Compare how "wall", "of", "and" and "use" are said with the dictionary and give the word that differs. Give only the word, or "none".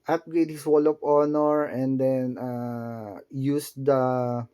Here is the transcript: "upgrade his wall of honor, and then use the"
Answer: of